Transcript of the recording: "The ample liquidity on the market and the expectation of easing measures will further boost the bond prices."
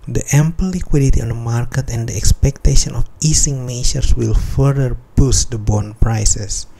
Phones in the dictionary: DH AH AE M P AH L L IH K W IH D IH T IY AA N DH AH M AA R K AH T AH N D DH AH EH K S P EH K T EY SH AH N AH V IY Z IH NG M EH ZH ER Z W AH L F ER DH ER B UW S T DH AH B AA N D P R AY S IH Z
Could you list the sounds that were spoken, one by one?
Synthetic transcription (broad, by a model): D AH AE M P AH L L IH K W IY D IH T IY AA N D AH M AA R K AH T AH N D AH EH K S P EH K T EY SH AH N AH F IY S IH NG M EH SH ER S W AH L F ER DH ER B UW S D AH B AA N P R AY S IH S